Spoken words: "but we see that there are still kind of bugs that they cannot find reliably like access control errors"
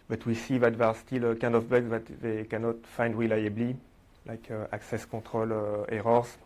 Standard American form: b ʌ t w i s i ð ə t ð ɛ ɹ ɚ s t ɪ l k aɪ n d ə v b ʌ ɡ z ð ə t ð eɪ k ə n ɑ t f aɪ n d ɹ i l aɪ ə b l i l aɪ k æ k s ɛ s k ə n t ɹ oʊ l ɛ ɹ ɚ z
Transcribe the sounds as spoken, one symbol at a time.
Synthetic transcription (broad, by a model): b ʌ t w i s i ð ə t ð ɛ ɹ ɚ s t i l k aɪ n d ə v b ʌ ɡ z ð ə t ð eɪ k ə n ɑ t f aɪ n d ɹ i l aɪ ə b l i l aɪ k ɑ k s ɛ s k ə t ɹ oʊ l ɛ ɹ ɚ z